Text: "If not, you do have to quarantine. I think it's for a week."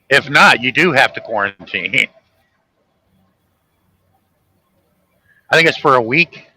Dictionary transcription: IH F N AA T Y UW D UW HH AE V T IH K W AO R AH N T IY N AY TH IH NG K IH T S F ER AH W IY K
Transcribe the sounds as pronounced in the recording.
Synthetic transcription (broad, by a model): IH F N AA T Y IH D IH HH AE F T IH K W AO R AH N T IY N AY TH IH NG K IH T S F ER AH W IY K